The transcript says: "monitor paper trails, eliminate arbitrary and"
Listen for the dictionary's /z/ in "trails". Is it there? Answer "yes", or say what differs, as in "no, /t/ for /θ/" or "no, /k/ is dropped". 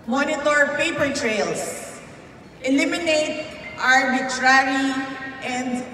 no, /s/ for /z/